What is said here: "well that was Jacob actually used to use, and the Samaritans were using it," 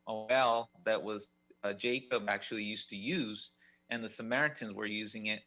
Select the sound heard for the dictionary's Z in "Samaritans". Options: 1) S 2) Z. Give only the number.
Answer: 2